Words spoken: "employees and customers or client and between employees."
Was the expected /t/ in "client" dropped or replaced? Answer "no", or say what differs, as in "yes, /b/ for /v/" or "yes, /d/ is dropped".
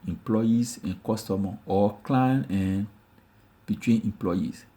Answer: yes, /t/ is dropped